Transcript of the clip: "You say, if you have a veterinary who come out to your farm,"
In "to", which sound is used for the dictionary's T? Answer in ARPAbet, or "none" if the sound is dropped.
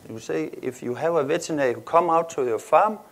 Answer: S